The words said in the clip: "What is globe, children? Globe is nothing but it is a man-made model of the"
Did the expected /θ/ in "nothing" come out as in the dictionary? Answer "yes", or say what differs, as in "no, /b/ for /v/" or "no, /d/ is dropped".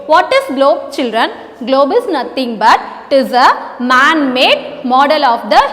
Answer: no, /t/ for /θ/